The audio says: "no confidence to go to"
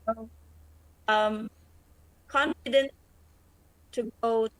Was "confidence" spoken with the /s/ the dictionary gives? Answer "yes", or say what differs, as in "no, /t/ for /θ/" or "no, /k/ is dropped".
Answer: no, /s/ is dropped